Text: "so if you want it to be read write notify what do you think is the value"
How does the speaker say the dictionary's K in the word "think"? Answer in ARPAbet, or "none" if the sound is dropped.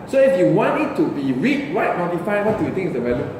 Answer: none